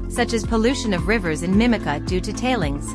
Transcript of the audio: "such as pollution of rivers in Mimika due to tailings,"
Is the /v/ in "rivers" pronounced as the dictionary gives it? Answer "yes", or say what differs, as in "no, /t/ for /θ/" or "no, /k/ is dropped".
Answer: yes